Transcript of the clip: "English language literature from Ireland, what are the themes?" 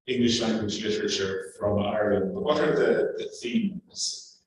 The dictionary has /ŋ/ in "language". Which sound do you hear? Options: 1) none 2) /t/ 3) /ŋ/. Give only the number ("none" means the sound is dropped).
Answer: 3